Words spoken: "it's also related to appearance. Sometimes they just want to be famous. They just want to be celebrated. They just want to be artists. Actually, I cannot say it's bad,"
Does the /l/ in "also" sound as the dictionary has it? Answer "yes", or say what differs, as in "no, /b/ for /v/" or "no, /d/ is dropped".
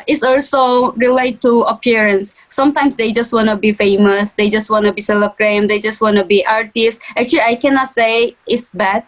yes